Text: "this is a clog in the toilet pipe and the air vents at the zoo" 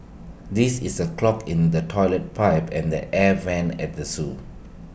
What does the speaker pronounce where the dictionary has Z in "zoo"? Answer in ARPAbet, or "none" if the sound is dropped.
S